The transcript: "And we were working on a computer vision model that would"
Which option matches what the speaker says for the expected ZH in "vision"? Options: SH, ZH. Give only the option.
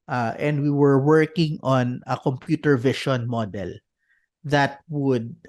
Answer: SH